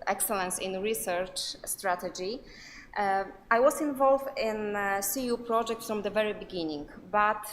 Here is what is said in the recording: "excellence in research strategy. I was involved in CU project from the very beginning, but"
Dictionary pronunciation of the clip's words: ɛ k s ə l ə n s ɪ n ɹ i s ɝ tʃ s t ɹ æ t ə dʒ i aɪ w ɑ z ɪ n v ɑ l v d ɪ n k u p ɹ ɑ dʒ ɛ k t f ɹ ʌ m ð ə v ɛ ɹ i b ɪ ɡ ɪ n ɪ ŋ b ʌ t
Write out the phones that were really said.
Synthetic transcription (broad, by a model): ɛ k s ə l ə n s ɪ n ɹ i s ɝ tʃ s t ɹ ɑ t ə dʒ i aɪ w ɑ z ɪ n v ɑ l v d ɪ n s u p ɹ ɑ dʒ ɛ k t f ɹ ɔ m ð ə v ɛ ɹ i b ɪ ɡ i n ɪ ŋ b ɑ t